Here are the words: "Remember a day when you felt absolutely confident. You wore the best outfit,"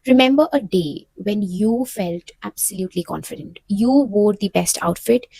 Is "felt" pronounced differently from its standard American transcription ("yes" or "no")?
no